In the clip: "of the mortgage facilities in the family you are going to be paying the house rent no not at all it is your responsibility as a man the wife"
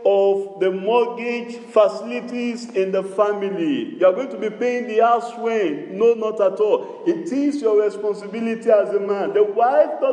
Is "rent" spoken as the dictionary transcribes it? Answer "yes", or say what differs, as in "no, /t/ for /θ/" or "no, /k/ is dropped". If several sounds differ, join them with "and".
no, /w/ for /ɹ/